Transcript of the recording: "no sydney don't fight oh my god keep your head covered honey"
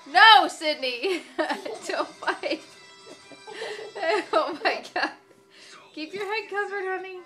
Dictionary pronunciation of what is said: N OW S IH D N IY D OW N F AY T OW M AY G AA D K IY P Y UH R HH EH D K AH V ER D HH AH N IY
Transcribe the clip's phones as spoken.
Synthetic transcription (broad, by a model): N OW S IH D N IY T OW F AY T OW M AY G AA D K IY P Y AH R HH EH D K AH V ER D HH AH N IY